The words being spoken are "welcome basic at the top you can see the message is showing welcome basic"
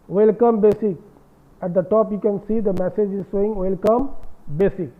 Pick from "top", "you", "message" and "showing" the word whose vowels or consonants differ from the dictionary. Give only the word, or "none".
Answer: showing